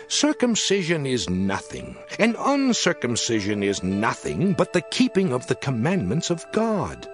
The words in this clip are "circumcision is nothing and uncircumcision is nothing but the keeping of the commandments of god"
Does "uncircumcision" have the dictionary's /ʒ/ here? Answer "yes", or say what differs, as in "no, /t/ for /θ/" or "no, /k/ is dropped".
yes